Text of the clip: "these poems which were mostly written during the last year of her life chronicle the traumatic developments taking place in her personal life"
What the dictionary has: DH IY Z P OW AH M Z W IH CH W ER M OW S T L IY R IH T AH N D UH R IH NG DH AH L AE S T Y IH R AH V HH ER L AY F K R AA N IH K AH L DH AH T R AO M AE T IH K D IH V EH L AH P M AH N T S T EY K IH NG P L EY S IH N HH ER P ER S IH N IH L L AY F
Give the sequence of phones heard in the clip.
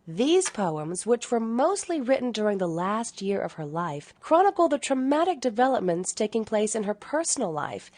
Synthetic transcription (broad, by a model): DH IY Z P OW AH M Z W IH CH W ER M OW S T L IY R IH T N D UH R IH NG DH AH L AE S T Y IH R AH V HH ER L AY F K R AA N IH K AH L DH AH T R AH M AE T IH K D IH V EH L AH P M AH N T S T EY K IH NG P L EY S IH N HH ER P ER S N L L AY F